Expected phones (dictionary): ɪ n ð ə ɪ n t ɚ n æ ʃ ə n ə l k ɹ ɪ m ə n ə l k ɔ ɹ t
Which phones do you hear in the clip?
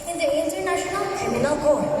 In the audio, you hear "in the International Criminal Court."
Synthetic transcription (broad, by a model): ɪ n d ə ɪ n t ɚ n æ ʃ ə n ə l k ɪ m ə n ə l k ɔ